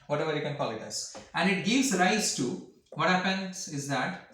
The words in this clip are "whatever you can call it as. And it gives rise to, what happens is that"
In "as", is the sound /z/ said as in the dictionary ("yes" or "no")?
no